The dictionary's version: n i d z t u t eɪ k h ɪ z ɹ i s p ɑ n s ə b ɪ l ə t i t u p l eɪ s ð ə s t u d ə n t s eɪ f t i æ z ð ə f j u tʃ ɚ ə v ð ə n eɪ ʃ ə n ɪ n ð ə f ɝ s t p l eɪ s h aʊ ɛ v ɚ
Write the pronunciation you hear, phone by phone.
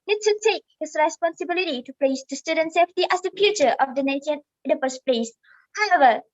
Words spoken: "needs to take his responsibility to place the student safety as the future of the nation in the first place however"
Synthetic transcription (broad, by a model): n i t u t eɪ k h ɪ s ɹ i s p ɑ n s ə b ɪ l ə t i t u p l eɪ s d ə s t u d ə n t s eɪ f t i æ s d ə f j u tʃ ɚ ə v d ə n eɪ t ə ɪ n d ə p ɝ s p l eɪ s h aʊ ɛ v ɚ